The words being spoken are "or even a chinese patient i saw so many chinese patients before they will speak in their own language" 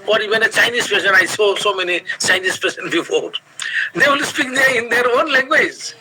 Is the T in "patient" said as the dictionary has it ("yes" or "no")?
no